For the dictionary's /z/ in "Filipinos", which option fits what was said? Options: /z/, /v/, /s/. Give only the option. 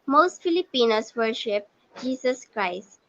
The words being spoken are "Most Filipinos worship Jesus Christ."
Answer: /s/